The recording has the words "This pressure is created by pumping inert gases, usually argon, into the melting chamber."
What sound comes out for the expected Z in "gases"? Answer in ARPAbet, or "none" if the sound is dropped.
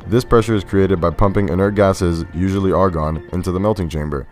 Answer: Z